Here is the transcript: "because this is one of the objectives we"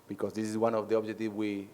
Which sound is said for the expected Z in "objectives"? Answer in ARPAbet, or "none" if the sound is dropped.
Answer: none